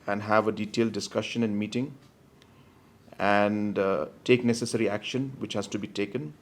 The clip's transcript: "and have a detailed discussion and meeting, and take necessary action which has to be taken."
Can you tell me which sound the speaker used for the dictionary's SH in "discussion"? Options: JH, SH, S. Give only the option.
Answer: SH